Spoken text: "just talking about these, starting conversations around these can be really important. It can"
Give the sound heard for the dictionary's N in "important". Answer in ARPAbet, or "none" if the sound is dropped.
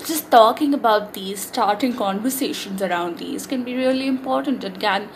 N